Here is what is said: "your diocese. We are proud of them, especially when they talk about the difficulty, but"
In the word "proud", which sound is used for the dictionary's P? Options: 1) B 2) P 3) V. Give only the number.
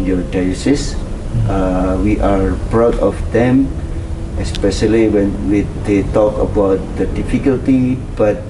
1